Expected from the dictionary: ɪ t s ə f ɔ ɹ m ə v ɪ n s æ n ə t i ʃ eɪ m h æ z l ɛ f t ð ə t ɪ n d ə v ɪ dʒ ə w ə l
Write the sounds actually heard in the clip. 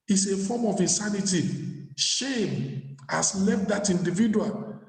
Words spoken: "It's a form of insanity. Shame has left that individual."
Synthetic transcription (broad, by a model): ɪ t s ə f ɔ m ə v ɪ n s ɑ n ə t i ʃ eɪ m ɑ s l ɛ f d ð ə t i n d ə v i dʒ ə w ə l